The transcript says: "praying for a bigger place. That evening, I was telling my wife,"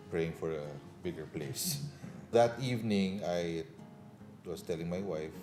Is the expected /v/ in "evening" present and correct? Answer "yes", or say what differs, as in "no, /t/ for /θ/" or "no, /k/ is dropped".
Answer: yes